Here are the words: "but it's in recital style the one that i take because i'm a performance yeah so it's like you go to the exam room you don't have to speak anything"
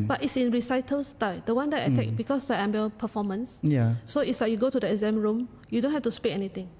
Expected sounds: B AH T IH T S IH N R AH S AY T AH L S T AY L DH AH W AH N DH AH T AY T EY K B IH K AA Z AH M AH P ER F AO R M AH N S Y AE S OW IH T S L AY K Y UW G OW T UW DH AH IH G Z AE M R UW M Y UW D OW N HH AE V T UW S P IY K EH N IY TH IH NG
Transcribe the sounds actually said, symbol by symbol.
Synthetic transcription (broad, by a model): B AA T IH T S IH N R AH S AY T AH L S T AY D AH W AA N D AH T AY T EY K B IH K AA S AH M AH P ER F AO M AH N S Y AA S OW IH T S L AY K Y UW G OW T UW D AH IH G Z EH M R UW M Y UW D OW N HH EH F T UW S P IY EH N IY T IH NG